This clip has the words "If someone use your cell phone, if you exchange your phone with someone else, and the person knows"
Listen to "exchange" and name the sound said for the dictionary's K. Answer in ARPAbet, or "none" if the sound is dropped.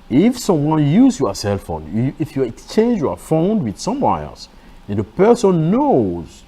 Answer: K